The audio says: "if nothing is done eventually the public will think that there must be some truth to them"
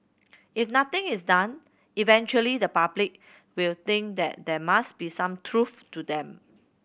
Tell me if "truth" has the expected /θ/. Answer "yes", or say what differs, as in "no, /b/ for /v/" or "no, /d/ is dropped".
no, /f/ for /θ/